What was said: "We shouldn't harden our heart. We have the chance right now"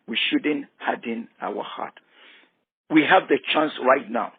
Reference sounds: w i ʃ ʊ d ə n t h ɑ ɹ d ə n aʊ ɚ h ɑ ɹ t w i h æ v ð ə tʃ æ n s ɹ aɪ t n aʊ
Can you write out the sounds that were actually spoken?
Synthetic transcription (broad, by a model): w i ʃ ʊ d ə n t h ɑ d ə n aʊ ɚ h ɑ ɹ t w i h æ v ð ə tʃ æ n s ɹ aɪ t n aʊ